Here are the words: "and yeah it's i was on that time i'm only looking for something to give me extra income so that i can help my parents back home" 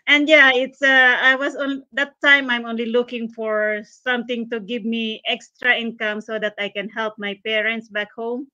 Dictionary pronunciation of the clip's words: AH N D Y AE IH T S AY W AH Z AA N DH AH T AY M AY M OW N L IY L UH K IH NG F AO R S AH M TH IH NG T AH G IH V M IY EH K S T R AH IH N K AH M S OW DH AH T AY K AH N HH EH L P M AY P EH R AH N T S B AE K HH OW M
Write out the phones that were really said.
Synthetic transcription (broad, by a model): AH N D Y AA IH T S AY W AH S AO N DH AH T AY M AY M OW N L IY L UH K IH NG F AO R S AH M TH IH NG T AH G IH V M IY EH K S T R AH IH N K AH M S OW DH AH T AY K AH N HH EH L P M AY P EH R AH N T S B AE K HH OW M